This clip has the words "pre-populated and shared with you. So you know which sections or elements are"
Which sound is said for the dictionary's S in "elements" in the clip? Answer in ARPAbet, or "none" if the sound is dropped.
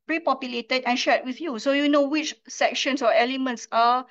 S